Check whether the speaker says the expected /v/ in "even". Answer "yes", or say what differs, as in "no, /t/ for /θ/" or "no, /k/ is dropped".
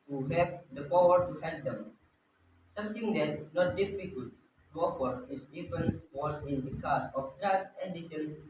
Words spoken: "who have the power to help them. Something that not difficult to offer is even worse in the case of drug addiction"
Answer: no, /f/ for /v/